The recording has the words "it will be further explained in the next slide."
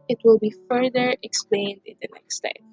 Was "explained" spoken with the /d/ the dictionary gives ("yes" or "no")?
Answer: yes